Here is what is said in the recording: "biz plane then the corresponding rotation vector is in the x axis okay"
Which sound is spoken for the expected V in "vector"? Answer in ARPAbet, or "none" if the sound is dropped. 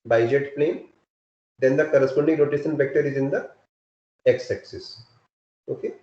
F